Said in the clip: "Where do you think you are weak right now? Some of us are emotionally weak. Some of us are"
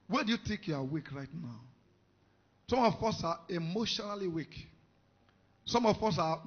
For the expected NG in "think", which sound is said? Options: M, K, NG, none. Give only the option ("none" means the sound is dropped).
none